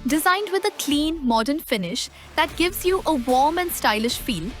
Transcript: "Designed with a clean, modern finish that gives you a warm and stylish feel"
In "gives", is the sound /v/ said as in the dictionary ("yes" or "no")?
yes